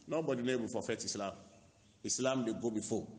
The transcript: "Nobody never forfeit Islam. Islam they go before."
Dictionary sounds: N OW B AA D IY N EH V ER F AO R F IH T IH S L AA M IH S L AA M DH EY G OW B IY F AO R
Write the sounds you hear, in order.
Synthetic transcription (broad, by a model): N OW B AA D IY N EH B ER F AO F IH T IH S L AA M IH S L AA M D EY G OW B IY F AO